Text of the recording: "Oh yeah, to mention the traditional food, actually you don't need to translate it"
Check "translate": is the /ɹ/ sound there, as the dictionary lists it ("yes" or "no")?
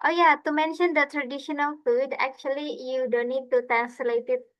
no